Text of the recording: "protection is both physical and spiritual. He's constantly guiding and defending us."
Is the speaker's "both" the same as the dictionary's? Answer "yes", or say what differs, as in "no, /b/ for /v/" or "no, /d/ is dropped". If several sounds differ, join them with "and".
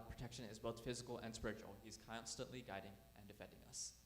yes